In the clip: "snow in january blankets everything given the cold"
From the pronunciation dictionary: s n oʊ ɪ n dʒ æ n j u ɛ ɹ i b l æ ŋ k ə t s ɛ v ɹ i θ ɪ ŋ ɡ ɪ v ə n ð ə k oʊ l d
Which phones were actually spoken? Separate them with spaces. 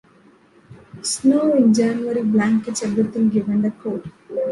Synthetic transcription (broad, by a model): s n oʊ ɪ n dʒ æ n j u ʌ ɹ i b l æ ŋ k ə t s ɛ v ɹ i t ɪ ŋ ɡ ɪ v ə n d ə k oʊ d